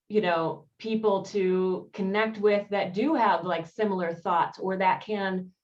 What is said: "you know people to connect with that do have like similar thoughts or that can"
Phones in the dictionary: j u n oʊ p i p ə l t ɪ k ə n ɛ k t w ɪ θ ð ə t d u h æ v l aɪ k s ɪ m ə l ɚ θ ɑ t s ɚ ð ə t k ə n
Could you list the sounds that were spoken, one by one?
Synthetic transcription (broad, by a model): j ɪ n oʊ p i p l t ɪ k ə n ɛ k t w ɪ ð ə t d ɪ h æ v l aɪ k s ɪ m l ɚ θ ɑ t s ɚ ð ə t k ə n